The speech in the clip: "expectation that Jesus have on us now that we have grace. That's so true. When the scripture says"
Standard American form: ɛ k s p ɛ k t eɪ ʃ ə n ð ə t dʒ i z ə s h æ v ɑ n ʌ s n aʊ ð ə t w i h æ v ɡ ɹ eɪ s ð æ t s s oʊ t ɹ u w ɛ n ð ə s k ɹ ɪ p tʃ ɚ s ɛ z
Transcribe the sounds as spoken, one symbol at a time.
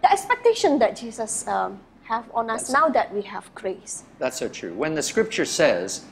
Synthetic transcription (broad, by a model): ɛ k s p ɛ k t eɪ ʃ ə n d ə t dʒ i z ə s h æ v ɑ n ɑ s n aʊ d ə t w i h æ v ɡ ɹ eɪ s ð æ t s s oʊ t ɹ u w ɛ n ð ə s k ɹ ɪ p tʃ ɚ s ɛ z